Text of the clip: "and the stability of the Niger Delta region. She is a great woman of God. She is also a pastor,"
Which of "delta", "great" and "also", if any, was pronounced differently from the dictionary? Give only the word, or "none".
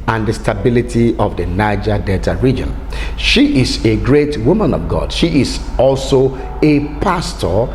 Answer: delta